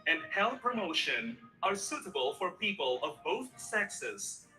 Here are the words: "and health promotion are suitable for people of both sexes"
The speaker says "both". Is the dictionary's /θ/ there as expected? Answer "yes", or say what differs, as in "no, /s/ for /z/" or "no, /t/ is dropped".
yes